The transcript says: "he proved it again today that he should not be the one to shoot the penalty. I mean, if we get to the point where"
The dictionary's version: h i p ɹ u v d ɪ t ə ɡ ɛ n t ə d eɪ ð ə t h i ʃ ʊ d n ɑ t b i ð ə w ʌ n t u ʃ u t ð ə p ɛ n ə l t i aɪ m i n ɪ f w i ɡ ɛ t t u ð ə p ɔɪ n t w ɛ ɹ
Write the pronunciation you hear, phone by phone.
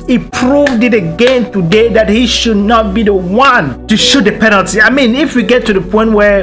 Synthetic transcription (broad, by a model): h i p ɹ u v d ɪ t ə ɡ ɛ n t ə d eɪ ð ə t h i ʃ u d n ɑ t b i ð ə w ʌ n t u ʃ u t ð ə p ɛ n ə l t i aɪ m i n ɪ f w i ɡ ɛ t t u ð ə p ɔɪ n t w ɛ